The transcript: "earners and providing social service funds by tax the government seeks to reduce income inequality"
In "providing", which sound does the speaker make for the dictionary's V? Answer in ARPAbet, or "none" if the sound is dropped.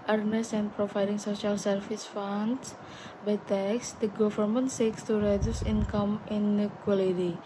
F